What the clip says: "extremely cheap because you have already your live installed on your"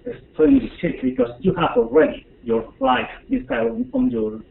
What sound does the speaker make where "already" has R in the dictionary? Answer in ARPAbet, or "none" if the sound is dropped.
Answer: R